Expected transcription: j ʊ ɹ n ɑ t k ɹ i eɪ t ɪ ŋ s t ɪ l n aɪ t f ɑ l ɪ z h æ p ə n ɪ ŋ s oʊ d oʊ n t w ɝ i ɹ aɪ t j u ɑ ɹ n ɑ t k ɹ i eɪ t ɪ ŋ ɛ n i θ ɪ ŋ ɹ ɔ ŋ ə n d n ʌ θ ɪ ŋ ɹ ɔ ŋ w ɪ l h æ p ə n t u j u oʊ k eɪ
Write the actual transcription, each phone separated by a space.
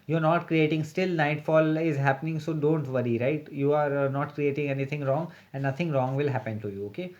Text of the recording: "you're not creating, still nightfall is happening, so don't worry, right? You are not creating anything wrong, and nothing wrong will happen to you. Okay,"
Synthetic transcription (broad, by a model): j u ɹ n ɑ t k ɹ i eɪ t ɪ ŋ s t ɪ l n aɪ t f ɑ l ɪ z h æ p ə n ɪ ŋ s oʊ d oʊ n t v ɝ i ɹ aɪ t j u ɑ ɹ n ɑ t k ɹ i eɪ t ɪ ŋ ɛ n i t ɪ ŋ ɹ ɔ ŋ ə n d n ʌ t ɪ ŋ ɹ ɔ ŋ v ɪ l h æ p ə n t u j u oʊ k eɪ